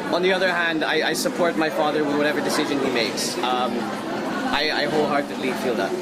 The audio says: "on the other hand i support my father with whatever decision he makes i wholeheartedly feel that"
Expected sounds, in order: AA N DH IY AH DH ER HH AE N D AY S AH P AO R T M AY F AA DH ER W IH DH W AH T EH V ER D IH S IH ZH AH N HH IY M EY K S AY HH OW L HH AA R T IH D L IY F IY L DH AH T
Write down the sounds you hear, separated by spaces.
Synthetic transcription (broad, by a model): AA N DH IY AH DH ER HH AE N D AY S AH P AO R T M AY F AA DH ER W IH DH W AH T EH V ER D IH S IH ZH AH N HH IY M EY K S AY HH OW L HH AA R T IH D L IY F IY L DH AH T